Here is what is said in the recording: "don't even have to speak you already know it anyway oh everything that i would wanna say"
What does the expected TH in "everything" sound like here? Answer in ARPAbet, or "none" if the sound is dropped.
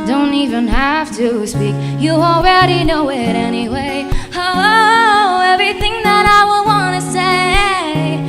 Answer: TH